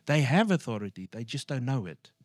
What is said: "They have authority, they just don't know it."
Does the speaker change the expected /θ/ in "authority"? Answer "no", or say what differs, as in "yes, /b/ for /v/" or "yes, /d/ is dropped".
no